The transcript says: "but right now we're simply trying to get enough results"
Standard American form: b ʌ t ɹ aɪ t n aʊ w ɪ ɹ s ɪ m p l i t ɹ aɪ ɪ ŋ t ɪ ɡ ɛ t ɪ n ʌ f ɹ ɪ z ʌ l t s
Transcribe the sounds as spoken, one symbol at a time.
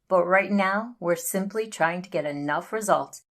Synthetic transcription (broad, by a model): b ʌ t ɹ aɪ t n aʊ w ɪ ɹ s ɪ m p l i t ɹ aɪ ɪ ŋ t ɪ ɡ ɛ t ɪ n ʌ f ɹ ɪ z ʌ l t s